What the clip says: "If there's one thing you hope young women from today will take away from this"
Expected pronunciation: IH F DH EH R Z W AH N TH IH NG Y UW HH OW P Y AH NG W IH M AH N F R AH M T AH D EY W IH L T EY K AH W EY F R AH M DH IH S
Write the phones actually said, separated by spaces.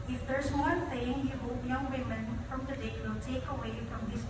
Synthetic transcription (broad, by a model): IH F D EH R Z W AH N S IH NG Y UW HH OW P Y AH NG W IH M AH N F R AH M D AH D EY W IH L T EY K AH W EY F R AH M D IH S